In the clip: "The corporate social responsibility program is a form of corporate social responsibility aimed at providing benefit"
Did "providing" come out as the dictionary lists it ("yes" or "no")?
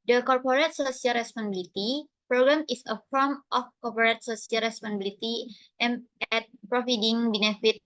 no